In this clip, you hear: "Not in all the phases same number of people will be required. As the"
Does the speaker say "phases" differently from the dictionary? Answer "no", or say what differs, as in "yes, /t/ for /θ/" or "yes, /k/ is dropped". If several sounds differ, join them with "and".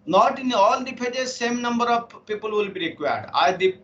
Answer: yes, /p/ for /f/